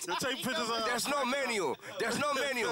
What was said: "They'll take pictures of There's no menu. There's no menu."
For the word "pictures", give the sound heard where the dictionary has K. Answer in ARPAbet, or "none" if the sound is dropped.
none